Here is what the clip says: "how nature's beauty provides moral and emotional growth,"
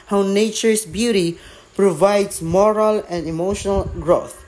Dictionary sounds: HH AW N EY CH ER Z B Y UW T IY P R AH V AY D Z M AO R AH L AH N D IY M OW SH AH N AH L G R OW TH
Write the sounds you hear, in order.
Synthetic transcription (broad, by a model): HH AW N EY CH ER S B Y UW T IY P R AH V AY D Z M AO R AH L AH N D IY M OW SH AH N AH L G R OW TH